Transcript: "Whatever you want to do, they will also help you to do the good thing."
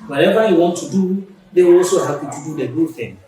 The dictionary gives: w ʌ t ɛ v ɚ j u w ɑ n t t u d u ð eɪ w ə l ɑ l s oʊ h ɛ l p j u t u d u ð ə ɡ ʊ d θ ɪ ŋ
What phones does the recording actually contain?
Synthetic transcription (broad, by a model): w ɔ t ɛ v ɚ j u w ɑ n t t u d u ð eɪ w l ɑ l s oʊ h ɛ p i t u d u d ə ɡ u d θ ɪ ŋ